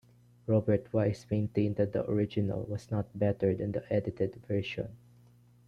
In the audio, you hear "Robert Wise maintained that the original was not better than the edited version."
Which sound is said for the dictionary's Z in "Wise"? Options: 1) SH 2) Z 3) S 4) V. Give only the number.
3